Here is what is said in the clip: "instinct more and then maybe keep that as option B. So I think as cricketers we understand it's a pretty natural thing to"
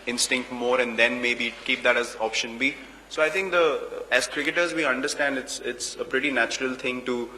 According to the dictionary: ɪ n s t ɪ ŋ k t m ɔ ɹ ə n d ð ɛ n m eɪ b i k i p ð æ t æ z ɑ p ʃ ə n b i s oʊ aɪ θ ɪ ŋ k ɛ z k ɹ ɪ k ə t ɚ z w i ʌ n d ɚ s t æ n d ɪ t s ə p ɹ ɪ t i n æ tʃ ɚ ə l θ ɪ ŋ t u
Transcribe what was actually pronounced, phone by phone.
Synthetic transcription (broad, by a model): ɪ n s t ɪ ŋ k t m ɔ ɹ ə n d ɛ n m eɪ b i k i p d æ t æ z ɑ p ʃ ə n b i s oʊ aɪ t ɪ ŋ k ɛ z k ɹ ɪ k ə t ɚ z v i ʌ n d ɚ s t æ n d ɪ t s ə p ɹ ɪ t i n æ tʃ ɚ ə l t ɪ ŋ t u